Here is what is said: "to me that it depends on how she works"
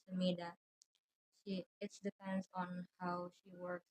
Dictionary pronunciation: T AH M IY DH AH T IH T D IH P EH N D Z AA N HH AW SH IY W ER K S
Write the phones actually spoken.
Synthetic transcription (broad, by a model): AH M IY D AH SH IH T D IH P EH N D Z AA N HH AW SH IY W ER K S